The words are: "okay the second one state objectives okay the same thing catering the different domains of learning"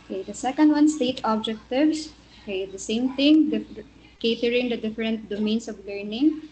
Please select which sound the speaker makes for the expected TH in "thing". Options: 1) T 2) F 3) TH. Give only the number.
1